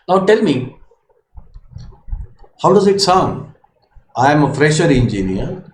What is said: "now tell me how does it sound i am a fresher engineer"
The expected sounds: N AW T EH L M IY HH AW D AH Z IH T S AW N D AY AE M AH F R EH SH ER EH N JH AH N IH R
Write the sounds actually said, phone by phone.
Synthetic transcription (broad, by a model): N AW T EH L M IY HH AW D AH Z IH T S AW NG AY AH M AH F R EH SH ER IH N JH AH N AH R